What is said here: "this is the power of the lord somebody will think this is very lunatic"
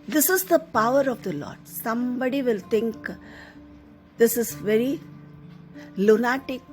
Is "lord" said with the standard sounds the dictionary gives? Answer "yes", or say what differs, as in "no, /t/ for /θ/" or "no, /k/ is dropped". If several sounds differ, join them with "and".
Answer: yes